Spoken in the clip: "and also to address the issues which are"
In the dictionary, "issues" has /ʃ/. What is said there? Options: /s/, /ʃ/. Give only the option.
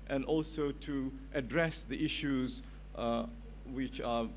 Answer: /ʃ/